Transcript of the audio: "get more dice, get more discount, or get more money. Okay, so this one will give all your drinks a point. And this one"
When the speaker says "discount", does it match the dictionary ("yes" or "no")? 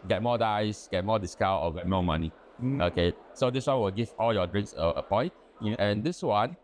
no